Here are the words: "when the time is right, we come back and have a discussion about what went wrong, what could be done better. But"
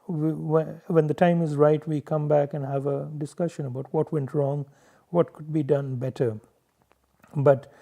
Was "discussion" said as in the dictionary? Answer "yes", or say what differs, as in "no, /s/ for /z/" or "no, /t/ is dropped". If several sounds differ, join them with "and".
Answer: yes